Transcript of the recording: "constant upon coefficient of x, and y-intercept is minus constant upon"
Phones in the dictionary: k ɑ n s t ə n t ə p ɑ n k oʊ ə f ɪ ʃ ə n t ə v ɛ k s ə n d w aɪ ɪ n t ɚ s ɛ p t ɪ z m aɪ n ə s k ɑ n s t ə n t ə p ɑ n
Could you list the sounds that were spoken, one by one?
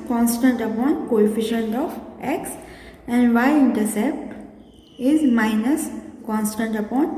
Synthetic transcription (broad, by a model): k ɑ n s t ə n t ə p ɑ n k oʊ ə f ɪ ʃ ə n t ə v ɛ k s ə n d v aɪ ɪ n t ɚ s ɛ p t ɪ z m aɪ n ə s k ɑ n s t ə n t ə p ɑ n